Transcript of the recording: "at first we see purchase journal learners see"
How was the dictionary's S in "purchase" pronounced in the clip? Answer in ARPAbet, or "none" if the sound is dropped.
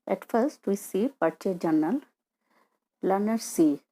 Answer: none